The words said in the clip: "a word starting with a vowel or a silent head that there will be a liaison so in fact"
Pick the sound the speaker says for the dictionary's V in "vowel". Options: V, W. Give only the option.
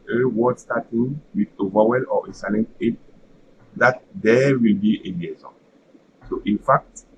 V